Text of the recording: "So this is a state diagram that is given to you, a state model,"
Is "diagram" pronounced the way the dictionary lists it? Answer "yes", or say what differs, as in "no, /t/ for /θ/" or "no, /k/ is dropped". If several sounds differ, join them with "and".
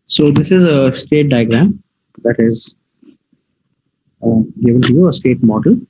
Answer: yes